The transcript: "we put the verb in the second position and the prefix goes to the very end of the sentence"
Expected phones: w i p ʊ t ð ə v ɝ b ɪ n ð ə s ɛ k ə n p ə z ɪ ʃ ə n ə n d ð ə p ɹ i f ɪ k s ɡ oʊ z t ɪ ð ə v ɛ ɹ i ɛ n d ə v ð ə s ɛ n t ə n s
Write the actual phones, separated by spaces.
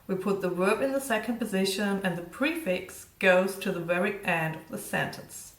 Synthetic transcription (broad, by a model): w i p ʊ t ð ə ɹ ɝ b ɪ n ð ə s ɛ k ə n p ə z ɪ ʃ ə n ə n ð ə p ɹ i f ɪ k s ɡ oʊ z t ɪ ð ə v ɛ ɹ i ɛ n d ə v ð ə s ɛ n t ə n s